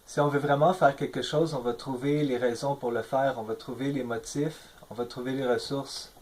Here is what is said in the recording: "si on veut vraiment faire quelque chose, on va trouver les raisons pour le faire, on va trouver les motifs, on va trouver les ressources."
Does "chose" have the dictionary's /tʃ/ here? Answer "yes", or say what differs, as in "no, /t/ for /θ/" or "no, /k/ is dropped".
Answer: no, /ʃ/ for /tʃ/